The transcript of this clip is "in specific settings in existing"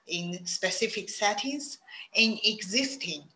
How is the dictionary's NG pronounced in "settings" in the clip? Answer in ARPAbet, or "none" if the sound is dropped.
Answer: none